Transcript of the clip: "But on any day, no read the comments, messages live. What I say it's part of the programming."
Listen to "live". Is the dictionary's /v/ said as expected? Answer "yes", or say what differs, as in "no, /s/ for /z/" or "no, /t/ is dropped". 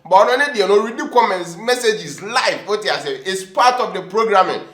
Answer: no, /f/ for /v/